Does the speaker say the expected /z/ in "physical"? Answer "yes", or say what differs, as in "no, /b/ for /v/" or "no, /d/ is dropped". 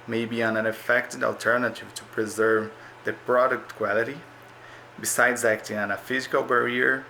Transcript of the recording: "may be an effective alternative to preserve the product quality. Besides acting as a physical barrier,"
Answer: yes